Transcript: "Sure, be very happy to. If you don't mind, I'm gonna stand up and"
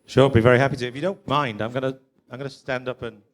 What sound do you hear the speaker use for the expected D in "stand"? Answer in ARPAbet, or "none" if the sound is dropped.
D